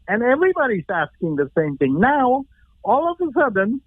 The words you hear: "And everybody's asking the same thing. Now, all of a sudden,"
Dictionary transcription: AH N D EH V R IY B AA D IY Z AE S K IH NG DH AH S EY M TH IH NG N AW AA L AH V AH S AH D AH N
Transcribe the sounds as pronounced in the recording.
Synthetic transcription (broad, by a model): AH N EH V R IY B AA D IY Z AE S K IH NG DH AH S EY M TH IH NG N AW AA L AH V AH S AH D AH N